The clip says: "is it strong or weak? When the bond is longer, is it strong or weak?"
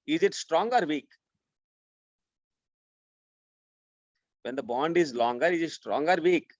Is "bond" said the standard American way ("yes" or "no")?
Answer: yes